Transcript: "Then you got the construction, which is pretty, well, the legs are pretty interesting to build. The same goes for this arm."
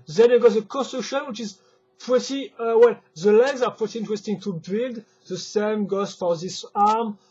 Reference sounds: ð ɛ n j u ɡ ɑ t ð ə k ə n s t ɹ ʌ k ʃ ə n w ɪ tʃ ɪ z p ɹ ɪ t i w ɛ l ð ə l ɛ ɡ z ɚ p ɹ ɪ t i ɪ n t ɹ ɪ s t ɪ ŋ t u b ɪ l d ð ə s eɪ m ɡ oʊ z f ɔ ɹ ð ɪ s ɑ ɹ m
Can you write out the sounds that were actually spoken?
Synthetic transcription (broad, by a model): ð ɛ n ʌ ɡ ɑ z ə k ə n s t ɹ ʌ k ʃ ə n w ɪ tʃ ɪ z p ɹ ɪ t i w ɛ l ð ə l ɛ ɡ z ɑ p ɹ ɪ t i ɪ n t ɹ ɪ s t ɪ ŋ t u b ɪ l d ð ə s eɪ m ɡ oʊ z f ɔ ɹ ð ɪ s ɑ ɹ m